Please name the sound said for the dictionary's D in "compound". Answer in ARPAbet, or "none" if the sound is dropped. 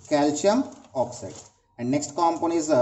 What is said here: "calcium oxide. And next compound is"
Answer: none